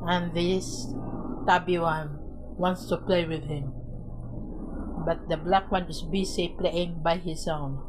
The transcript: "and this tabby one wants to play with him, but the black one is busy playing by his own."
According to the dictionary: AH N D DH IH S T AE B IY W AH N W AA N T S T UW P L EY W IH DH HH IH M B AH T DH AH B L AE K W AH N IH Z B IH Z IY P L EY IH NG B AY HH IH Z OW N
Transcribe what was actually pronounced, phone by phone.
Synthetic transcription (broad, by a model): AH N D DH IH S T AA B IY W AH N W AA N T S T UW P L EY W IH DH HH IH M B AH T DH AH B L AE K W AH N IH S B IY S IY P L EY IH NG B AY HH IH S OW N